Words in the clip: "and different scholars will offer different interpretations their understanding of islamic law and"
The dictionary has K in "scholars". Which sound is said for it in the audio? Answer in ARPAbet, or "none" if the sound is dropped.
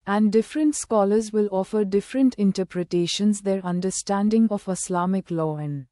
K